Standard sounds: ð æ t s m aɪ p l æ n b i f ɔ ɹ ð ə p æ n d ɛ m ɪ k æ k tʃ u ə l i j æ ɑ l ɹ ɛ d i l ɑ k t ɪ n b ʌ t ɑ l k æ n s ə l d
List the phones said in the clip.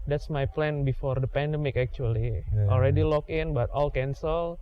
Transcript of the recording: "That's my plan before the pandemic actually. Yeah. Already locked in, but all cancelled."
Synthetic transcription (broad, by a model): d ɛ t s m aɪ p l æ n b i f ɔ ɹ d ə p æ n d ɛ m ɪ k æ k tʃ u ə l i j ɑ l ɹ ɛ d i l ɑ k ɪ n b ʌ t ɑ l k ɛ n s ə l